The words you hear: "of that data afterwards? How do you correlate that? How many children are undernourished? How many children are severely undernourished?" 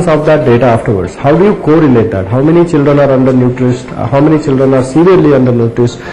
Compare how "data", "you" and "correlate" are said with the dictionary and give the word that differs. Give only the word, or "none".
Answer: correlate